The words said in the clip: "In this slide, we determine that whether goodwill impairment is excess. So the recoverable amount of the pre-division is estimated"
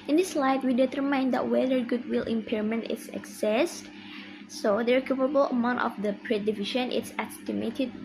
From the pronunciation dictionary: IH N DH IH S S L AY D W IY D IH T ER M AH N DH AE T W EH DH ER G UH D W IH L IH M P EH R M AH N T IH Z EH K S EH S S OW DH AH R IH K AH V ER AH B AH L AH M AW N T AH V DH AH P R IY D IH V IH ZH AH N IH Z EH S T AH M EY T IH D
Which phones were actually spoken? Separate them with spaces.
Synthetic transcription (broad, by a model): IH N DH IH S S L AY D W IY D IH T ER M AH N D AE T W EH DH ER G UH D W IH L IH M P EH R M AH N T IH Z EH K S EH S S OW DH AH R K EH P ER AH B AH L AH M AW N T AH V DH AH P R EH D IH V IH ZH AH N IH S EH S T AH M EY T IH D